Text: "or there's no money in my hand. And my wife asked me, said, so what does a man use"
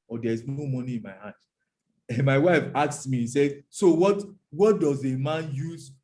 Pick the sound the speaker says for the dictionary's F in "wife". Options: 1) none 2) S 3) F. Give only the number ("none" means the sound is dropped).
3